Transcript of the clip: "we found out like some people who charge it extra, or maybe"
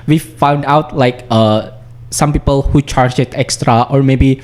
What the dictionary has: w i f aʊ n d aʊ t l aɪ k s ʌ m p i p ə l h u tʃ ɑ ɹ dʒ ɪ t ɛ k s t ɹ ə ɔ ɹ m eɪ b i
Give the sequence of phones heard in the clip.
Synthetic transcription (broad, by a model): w i f aʊ n d aʊ t l aɪ k s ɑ m p i p ə l h u tʃ ɑ ɹ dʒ ɪ t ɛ k s t ɹ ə ɔ ɹ m eɪ b i